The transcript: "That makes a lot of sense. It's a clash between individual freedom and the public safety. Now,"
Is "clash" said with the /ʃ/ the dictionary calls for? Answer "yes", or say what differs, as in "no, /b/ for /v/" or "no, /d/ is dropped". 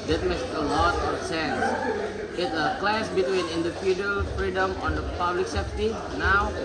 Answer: no, /s/ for /ʃ/